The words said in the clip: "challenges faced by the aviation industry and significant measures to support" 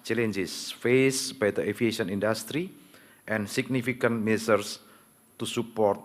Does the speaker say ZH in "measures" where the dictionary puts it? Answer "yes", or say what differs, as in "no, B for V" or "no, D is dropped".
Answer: no, S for ZH